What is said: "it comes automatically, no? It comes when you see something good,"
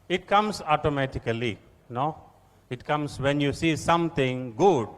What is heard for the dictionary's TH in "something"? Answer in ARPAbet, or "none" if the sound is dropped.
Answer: T